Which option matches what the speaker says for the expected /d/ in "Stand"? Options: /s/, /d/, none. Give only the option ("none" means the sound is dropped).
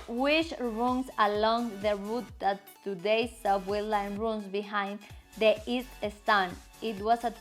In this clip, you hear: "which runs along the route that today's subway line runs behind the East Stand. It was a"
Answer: none